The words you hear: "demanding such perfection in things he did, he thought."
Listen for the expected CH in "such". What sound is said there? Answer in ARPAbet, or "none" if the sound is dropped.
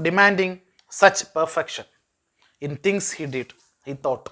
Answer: CH